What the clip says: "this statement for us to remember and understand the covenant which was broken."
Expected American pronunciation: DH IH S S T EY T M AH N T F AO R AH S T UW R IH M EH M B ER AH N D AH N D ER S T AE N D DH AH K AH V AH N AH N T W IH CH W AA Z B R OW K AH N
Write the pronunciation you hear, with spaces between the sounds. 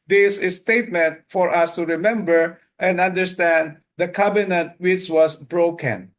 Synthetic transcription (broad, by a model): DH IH S S T EY T M AH N T F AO R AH S T UW R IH M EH M B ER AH N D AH N D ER S T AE N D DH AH K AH B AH N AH N T W IH CH W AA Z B R OW K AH N